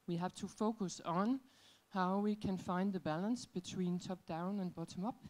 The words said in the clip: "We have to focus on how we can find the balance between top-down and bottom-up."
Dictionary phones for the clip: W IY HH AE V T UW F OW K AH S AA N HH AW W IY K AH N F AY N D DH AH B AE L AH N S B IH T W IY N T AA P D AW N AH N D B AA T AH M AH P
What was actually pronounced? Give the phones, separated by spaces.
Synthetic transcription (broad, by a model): W IY HH AE V T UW F OW K AH S N HH AW W IY K AH N F AY N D DH AH B AE L AH N S B IH T W IY N T AA P D AW N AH N B AA T AH M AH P